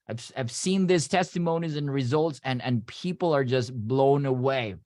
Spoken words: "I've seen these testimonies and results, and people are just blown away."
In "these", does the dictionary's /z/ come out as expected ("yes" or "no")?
no